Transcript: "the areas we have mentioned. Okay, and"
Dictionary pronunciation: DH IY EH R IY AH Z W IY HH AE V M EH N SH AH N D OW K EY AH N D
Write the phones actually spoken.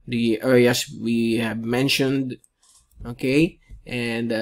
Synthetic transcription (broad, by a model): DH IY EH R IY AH S W IY HH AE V M EH N SH AH N D OW K EY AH N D